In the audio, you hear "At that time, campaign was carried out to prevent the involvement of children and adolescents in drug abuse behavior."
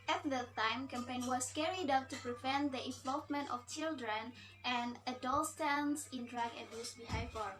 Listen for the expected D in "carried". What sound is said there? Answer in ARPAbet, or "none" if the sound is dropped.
D